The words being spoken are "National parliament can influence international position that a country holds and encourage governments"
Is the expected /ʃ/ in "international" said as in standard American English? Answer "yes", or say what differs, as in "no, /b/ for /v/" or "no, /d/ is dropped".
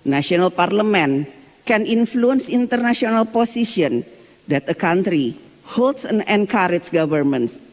no, /s/ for /ʃ/